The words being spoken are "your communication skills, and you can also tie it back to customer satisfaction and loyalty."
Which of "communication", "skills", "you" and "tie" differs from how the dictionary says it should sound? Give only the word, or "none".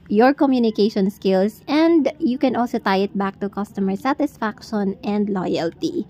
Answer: skills